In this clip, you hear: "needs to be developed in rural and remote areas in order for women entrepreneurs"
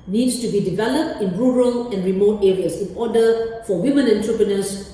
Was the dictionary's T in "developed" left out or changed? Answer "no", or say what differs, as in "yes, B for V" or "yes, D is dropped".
no